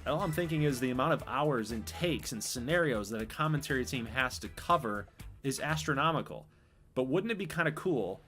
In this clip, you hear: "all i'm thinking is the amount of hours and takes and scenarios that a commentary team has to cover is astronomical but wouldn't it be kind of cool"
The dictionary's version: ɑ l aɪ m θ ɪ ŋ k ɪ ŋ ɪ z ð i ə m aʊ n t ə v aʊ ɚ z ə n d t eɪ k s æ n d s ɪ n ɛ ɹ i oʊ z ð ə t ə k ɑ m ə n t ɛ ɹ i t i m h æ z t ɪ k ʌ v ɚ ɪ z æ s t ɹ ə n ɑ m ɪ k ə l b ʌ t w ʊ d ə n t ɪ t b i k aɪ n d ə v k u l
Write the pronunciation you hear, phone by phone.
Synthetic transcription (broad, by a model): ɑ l aɪ m θ ɪ ŋ k ɪ ŋ ɪ z ð i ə m aʊ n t ə v aʊ ɚ z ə n t eɪ k s n s ɪ n ɛ ɹ i oʊ z ð ə t ə k ɑ m ə n t ɛ ɹ i t i m h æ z t ɪ k ʌ v ɚ ɪ z æ s t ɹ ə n ɑ m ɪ k l b ʌ t w ʊ d n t ɪ t b i k aɪ n d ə k u l